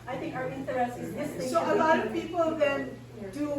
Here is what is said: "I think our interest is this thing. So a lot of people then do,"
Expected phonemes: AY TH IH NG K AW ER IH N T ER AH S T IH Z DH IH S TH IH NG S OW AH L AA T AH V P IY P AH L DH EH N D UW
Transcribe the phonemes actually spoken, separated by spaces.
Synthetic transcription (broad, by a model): AY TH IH NG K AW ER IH N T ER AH S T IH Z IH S S OW AH L AA T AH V P IY P AH L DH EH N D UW